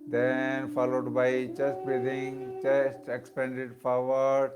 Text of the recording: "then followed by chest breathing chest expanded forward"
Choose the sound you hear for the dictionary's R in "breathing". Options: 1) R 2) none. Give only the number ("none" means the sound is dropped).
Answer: 2